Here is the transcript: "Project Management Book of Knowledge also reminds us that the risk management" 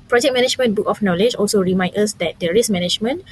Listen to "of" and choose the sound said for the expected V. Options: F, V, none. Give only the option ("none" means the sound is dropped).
F